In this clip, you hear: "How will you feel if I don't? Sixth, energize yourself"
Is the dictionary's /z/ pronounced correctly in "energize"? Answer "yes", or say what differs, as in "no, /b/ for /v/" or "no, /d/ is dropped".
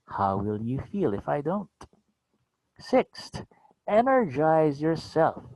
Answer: yes